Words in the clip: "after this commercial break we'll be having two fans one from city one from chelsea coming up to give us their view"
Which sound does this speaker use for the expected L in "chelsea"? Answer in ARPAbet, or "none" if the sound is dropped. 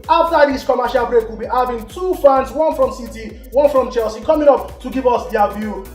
L